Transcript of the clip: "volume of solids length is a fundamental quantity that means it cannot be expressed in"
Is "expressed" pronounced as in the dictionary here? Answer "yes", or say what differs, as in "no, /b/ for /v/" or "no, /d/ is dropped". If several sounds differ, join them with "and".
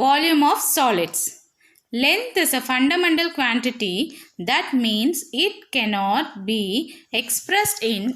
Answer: yes